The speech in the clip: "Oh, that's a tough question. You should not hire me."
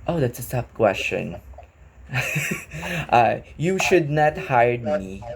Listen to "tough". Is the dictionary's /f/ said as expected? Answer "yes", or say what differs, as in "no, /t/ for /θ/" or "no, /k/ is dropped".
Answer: no, /p/ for /f/